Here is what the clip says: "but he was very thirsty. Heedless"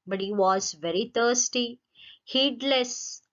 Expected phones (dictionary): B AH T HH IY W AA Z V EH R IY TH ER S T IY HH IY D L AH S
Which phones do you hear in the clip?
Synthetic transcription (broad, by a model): B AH T HH IY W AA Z V EH R IY T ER S T IY HH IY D L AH S